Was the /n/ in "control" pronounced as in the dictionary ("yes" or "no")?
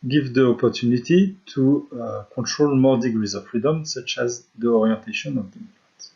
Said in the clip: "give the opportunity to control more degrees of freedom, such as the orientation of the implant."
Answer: no